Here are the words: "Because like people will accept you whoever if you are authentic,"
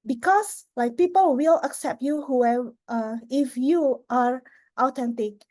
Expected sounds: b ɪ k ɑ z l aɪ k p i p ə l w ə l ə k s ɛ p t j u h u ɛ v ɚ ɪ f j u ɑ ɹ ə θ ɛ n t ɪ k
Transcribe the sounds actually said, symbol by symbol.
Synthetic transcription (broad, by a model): b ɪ k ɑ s l aɪ k p i p ə l w ə l ə k s ɛ p t j u h u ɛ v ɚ ɪ f j u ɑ ɹ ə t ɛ n t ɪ k